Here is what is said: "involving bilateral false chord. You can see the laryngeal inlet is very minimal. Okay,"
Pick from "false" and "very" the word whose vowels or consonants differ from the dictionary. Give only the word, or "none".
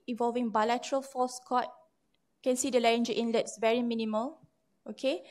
false